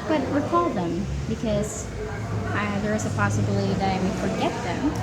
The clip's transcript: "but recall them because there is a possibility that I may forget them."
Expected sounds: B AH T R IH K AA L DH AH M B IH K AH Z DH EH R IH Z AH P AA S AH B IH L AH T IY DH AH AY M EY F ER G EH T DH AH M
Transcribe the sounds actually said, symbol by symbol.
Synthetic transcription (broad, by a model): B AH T W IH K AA L DH AH M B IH K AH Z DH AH R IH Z AH P AA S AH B L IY DH AH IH M EY F ER G EH T DH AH M